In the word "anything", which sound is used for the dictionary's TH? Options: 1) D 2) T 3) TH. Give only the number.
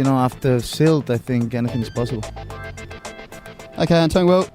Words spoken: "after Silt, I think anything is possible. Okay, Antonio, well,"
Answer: 3